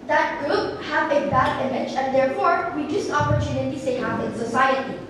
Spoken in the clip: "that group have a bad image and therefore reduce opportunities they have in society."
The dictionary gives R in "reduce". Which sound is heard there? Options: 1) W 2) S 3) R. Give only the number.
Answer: 1